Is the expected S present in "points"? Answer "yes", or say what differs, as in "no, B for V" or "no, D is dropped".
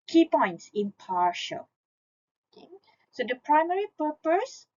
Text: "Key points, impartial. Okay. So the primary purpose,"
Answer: yes